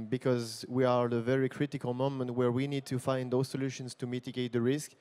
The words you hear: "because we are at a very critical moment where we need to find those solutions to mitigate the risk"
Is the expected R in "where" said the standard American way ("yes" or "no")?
yes